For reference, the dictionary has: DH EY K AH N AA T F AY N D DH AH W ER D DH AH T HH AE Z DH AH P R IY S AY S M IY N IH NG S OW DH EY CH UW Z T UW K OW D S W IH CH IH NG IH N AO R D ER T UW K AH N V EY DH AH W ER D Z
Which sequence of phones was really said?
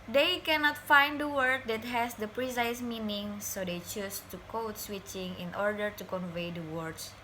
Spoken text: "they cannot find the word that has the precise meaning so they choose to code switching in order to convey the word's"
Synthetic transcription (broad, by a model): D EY K AH N AA T F AY N D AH W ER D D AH T HH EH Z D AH P R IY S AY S M IY N IH NG S OW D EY CH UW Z T UW K OW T S W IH CH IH NG IH N AO R D ER T UW K AH N V EY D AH W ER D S